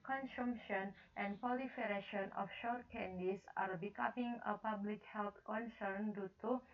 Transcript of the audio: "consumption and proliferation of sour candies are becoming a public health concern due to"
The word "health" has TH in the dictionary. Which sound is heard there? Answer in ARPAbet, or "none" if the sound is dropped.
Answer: T